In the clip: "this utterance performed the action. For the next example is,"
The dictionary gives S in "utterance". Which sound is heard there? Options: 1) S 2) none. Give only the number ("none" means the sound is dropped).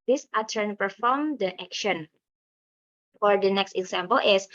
2